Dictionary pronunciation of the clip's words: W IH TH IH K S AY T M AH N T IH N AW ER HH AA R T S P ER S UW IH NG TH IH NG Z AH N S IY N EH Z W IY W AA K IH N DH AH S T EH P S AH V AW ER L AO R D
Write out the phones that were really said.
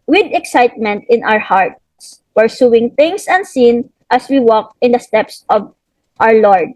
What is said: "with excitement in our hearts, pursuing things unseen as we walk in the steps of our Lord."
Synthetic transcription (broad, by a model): W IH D IH K S AY T M AH N T IH N AW ER HH AA R T S P ER S UW IH NG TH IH NG S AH N S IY N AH S W IY W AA K IH N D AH S T EH P S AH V AW ER L AO R D